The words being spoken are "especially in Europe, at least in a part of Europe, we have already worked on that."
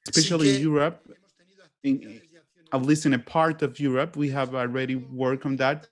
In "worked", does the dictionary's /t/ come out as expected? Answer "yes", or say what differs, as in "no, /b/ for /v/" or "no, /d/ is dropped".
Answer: no, /t/ is dropped